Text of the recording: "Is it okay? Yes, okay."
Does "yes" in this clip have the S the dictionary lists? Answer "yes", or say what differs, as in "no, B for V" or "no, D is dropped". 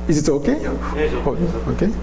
no, S is dropped